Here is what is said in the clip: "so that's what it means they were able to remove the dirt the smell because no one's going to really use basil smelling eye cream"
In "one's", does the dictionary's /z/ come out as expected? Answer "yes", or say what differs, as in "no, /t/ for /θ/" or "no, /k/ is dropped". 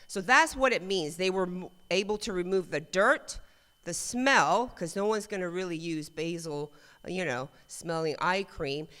yes